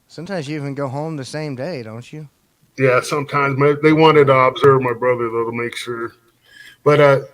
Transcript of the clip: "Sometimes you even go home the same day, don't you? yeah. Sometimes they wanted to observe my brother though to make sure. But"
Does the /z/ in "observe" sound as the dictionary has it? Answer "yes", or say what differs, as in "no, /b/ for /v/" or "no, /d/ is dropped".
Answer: yes